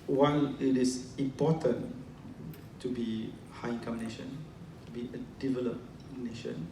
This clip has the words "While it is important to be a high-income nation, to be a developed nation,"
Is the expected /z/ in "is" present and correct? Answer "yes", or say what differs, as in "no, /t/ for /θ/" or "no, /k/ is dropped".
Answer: no, /s/ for /z/